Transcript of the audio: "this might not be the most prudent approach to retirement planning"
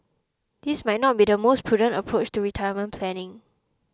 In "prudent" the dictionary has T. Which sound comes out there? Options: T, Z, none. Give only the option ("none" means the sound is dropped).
T